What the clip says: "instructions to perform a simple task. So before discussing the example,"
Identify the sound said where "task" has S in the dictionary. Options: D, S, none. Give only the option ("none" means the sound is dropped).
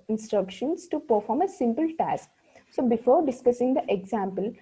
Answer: S